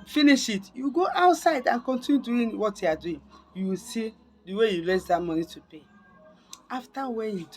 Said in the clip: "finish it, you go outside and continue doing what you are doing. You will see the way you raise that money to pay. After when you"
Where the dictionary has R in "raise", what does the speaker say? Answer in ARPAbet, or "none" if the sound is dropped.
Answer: L